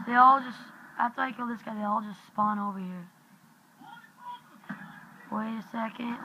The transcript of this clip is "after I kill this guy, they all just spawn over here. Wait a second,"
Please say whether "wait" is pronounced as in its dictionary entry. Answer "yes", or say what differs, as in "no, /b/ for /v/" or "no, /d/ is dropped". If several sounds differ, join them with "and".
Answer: no, /t/ is dropped